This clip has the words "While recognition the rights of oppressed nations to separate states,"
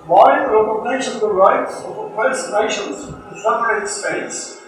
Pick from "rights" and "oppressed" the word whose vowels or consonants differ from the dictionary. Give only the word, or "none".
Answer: oppressed